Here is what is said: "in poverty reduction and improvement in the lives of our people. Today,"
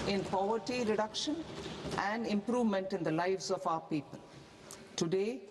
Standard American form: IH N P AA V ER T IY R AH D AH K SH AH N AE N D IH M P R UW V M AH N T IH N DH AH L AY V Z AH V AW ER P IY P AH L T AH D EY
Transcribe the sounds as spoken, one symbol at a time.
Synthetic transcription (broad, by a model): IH N P AA V ER T IY R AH D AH K SH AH N AE N D IH M P R UW V M AH N T IH N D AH L AY V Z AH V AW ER P IY P AH L T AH D EY